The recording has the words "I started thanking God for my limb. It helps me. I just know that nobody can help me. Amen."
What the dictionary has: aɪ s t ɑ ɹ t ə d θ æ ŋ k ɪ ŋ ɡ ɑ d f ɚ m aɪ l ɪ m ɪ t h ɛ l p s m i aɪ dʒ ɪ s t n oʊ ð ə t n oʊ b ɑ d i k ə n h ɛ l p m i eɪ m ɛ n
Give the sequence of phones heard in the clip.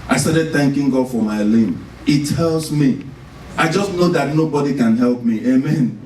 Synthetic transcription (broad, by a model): aɪ s t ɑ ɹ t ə d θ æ ŋ k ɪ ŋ ɡ ɑ d f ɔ m aɪ l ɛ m ɪ t h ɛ l s m i aɪ dʒ ɪ s t n oʊ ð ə t n oʊ b ɑ d i k ə n h ɛ l p m i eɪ m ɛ n